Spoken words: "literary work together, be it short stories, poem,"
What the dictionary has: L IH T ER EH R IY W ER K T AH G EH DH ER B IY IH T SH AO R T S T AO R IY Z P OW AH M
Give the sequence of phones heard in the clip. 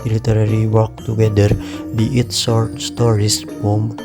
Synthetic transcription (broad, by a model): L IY T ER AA R IY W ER K T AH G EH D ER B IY IH T S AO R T S T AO R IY S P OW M